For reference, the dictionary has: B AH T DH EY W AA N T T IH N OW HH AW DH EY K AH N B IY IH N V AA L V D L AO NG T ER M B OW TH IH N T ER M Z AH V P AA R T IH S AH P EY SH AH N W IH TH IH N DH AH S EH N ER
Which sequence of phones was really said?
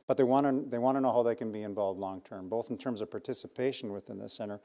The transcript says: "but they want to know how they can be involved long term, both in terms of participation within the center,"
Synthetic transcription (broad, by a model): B AH T DH EY W AA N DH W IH N OW HH AW DH EY K AH N B IY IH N V AA L V D L AO NG T ER M B OW TH N T ER M Z AH V P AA R T IH S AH P EY SH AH N W IH TH IH N DH AH S EH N ER